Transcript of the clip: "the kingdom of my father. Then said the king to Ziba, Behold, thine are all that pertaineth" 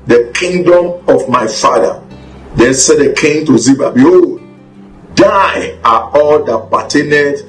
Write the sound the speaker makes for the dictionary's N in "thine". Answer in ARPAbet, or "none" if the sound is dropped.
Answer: none